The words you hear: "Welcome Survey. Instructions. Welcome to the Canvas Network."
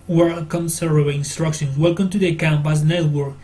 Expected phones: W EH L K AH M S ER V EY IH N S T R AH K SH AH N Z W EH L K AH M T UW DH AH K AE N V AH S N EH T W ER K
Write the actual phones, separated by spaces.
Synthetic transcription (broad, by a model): W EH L K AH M S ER EY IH N S T R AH K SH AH N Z W EH L K AH M T UW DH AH K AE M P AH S N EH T W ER K